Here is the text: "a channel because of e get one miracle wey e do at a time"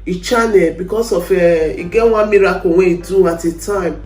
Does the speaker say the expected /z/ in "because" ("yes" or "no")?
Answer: no